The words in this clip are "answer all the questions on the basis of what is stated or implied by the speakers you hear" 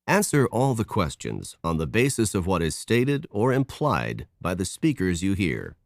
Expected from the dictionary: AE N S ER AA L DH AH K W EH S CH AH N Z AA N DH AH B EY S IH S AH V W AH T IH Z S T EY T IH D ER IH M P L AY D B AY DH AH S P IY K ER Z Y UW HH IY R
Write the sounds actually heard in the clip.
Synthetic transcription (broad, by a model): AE N S ER AA L DH AH K W EH S CH AH N Z N DH AH B EY S IH S AH V W AH T IH Z S T EY T IH D ER IH M P L AY D B AY DH AH S P IY K ER Z Y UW HH IY R